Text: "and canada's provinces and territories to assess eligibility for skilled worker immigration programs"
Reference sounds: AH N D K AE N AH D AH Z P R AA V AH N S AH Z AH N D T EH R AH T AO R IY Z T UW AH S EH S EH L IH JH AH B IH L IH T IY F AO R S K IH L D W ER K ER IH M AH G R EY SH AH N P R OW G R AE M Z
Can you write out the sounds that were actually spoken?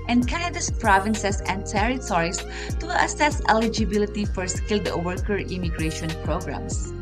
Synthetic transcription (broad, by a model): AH N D K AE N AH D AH S P R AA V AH N S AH S AH N D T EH R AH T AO R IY S T UW AH S EH S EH L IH JH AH B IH L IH T IY F AO R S K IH L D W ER K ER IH M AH G R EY SH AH N P R OW G R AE M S